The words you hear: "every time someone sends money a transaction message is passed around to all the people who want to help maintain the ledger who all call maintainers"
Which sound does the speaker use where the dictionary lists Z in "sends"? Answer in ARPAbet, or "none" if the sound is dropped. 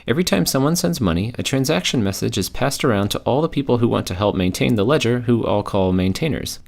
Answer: Z